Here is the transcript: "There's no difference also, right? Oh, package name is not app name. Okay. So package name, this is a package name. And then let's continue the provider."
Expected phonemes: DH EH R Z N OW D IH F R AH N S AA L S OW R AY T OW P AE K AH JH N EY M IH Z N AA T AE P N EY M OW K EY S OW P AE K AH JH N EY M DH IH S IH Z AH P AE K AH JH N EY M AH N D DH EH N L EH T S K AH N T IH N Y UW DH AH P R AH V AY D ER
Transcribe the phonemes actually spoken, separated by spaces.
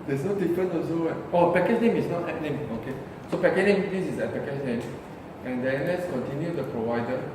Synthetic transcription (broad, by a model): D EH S N OW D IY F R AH N AA S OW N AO OW P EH K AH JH N EY M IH S N AA T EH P N EY M OW K EY S OW P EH K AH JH N EY M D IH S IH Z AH P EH K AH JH N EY M AH N D EH N L EH T S K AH N T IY N Y UW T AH P R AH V AY D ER